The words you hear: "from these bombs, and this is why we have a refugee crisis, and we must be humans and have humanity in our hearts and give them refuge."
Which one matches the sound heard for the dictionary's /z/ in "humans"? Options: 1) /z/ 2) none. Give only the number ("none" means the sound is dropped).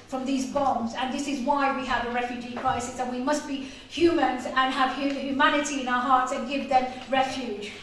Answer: 1